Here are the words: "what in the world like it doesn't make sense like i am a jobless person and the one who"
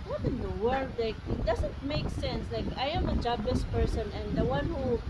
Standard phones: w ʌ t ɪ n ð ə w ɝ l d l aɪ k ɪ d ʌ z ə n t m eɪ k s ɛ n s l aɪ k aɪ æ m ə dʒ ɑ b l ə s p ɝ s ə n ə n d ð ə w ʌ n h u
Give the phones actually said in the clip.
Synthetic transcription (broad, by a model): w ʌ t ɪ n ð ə w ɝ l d l aɪ k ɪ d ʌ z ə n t m eɪ k s ɛ n s l aɪ k aɪ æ m ə dʒ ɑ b ə s p ɝ s ə n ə n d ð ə w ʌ n h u